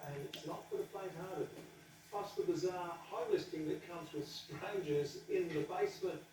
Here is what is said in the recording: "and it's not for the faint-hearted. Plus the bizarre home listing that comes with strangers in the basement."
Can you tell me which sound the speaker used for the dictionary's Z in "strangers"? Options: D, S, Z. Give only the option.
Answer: Z